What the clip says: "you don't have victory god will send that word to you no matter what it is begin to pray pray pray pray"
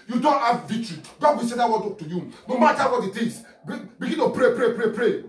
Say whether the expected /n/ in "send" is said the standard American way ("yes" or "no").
no